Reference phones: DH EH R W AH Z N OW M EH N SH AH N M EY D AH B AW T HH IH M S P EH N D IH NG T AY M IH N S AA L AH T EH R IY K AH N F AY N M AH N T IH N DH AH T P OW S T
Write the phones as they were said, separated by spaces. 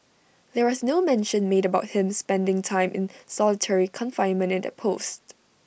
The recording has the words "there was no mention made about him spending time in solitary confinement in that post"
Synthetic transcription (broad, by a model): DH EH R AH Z N OW M EH N SH AH N M EY D AH B AW T HH IH M S P EH N D IH NG T AY M IH N S AA L AH T EH R IY K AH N F AY N M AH N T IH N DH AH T P OW S T